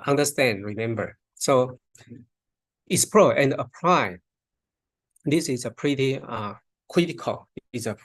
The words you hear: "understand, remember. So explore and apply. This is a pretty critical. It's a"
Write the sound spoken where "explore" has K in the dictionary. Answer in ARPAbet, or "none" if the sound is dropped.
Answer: none